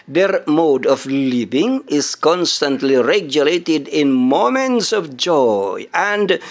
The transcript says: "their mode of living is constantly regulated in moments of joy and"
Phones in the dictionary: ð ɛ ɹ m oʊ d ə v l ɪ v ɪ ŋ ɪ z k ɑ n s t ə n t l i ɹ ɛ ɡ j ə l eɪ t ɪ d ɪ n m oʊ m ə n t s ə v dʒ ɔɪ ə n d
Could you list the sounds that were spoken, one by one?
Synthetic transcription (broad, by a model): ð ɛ ɹ m oʊ d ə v l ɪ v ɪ ŋ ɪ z k ɑ n s t ə n t l i ɹ ɛ ɡ j ə l eɪ t ɪ d ɪ n m oʊ m ə n t s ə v dʒ ɔɪ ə n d